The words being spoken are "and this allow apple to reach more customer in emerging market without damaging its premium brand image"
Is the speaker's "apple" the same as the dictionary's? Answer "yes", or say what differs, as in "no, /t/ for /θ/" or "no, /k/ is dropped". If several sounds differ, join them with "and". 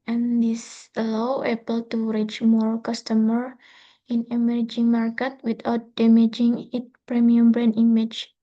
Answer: no, /b/ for /p/